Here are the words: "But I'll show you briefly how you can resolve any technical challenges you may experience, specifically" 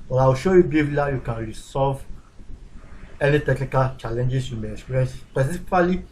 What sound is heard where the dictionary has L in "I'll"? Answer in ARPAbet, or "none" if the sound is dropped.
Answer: W